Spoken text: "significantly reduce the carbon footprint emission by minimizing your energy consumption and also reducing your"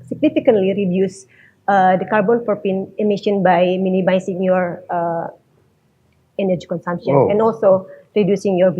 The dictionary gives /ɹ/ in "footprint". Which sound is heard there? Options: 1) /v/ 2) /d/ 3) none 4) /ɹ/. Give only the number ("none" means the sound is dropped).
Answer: 3